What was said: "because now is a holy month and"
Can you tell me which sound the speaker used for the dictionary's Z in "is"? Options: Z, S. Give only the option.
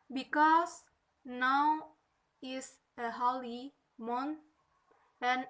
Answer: S